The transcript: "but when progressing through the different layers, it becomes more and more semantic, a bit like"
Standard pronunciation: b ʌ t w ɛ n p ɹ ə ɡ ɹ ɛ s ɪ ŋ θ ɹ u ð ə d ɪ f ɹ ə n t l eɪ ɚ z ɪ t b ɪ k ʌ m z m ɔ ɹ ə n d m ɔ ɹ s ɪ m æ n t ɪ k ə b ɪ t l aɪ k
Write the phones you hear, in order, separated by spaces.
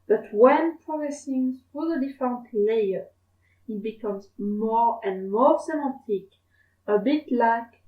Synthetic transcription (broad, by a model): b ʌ t w ɛ n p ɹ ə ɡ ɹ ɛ s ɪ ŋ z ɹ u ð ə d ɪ f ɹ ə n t l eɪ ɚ ɪ t b ɪ k ʌ m z m ɔ ɹ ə n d m ɔ ɹ s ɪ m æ t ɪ k ə b ɪ t l aɪ k